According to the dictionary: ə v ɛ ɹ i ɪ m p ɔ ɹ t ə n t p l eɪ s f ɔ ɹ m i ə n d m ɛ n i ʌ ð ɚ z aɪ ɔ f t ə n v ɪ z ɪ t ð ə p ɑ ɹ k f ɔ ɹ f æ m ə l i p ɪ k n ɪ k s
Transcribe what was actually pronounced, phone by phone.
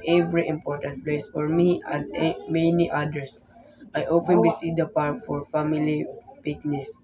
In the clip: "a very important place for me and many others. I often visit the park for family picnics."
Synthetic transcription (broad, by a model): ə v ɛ ɹ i ɪ m p ɔ ɹ t ə n t p l eɪ s f ɔ ɹ m i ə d m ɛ n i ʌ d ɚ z aɪ ɔ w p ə n b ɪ s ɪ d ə p ɑ ɹ k f ɔ ɹ f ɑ m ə l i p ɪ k n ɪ s